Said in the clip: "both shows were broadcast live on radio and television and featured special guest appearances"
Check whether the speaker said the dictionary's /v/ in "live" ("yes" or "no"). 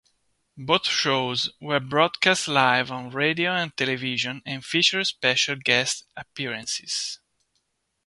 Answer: yes